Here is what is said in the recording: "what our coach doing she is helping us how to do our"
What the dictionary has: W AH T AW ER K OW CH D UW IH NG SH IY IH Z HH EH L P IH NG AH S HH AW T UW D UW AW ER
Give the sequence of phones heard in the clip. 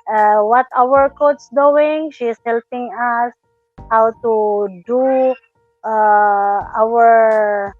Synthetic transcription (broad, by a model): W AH T AW ER K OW S D UW IH NG SH IY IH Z HH EH L P IH NG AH S HH AW T UW D UW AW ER